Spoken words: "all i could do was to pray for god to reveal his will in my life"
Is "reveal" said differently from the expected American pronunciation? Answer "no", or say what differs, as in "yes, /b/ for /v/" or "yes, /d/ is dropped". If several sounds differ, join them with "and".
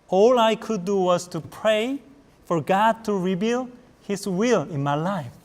yes, /b/ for /v/